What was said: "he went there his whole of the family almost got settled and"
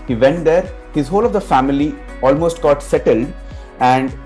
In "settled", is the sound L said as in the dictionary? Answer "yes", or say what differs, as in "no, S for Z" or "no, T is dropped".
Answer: yes